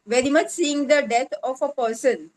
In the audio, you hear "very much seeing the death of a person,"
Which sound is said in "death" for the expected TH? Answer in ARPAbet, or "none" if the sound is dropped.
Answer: T